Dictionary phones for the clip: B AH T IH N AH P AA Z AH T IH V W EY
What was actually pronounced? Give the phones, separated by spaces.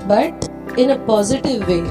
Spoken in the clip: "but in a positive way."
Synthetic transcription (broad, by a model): B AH T IH N AH P AA Z AH T IH V EY